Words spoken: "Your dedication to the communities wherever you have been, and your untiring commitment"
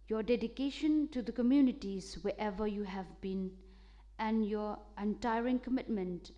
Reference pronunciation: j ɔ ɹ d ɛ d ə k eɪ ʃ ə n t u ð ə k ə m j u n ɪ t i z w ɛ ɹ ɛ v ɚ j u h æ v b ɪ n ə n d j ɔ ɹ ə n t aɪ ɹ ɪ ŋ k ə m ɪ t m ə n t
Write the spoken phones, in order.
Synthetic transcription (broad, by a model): j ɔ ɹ d ɛ d ə k eɪ ʃ ə n t u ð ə k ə m j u n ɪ t i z w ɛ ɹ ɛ v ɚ j u h æ v b ɪ n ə n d j ɔ ɹ ə n t aɪ ɹ ɪ ŋ k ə m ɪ t m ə n t